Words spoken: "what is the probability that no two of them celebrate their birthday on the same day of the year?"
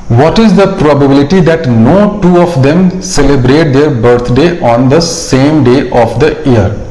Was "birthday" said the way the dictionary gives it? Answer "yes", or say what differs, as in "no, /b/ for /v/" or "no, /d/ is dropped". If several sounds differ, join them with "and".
no, /t/ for /θ/